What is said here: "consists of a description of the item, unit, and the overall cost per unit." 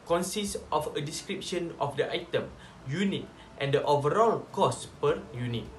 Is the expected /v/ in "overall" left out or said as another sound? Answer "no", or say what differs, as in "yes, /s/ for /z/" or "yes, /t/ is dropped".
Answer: no